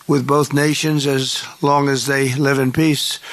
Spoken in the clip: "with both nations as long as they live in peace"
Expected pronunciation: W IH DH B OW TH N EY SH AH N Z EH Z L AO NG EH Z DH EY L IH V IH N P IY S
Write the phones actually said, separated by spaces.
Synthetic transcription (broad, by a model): W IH DH B OW TH N EY SH AH N Z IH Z L AO NG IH Z DH EY L IH V IH N P IY S